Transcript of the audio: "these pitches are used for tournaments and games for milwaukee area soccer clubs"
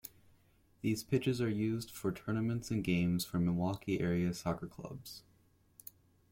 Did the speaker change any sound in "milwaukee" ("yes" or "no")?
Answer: yes